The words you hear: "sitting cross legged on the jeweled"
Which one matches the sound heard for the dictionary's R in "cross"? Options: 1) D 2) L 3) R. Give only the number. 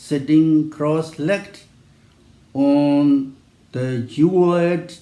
3